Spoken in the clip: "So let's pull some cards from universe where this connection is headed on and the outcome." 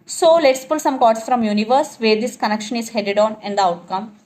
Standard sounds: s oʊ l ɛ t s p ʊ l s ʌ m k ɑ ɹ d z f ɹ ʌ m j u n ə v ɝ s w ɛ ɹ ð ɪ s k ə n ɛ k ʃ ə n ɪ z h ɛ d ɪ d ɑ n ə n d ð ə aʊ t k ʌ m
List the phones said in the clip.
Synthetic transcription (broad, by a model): s oʊ l ɛ t s p ʊ l s ʌ m k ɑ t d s f ɹ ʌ m j u n ə v ɝ s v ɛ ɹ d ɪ s k ə n ɛ k ʃ ə n ɪ z h ɛ d ɪ d ɑ n ə n d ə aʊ t k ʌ m